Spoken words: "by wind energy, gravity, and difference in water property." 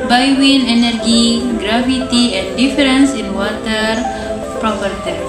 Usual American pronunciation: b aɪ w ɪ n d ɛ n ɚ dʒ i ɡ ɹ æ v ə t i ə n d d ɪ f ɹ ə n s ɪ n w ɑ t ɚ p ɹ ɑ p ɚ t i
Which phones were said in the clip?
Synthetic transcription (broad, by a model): b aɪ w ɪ n ɛ n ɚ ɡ i ɡ ɹ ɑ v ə t i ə n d d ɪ f ɹ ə n s ɪ n w ɑ t ɚ p ɹ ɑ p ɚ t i